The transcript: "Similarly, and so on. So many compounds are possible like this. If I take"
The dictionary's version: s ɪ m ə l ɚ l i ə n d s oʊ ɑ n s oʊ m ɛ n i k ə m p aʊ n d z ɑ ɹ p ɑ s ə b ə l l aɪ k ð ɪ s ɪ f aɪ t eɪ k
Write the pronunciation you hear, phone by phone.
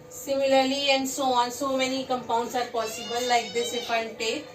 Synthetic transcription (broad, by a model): s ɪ m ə l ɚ l i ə n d s oʊ ɑ n s oʊ m ɛ n i k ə m p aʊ n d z ɑ ɹ p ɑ s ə b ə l l aɪ k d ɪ s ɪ p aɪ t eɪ